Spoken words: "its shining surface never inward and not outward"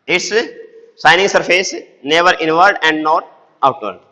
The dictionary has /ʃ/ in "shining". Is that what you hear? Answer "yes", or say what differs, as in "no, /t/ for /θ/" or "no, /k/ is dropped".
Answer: no, /s/ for /ʃ/